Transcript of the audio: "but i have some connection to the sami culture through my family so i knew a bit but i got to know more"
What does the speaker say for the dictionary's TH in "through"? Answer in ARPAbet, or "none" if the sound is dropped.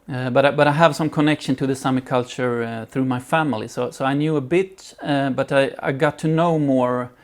TH